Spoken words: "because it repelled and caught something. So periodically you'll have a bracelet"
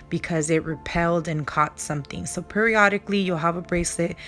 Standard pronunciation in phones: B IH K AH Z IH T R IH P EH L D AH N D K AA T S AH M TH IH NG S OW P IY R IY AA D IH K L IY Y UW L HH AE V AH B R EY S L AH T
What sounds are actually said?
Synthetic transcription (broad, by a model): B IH K AH Z IH T R IH P EH L D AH N K AA T S AH M TH IH NG S OW P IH R IY AA D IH K L IY Y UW L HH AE V AH B R EY S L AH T